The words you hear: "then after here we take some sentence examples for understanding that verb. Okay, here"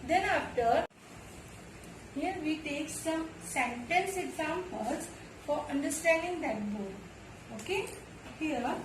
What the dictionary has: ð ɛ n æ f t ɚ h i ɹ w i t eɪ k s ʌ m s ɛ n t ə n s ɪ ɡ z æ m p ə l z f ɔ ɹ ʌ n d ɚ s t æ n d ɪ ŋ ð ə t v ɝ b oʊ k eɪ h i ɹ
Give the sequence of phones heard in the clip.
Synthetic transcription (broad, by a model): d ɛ n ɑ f t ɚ h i ɹ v i t eɪ k s ʌ m s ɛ n t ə n s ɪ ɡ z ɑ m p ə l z f ɔ ɹ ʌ n d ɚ s t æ n d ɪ ŋ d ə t b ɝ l oʊ k eɪ h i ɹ